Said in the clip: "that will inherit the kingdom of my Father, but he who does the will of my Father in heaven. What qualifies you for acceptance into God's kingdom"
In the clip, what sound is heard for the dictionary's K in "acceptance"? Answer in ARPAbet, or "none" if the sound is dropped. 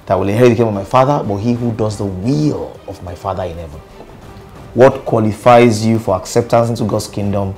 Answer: K